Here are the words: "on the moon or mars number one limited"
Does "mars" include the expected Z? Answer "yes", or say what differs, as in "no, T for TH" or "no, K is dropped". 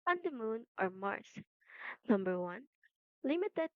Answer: no, S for Z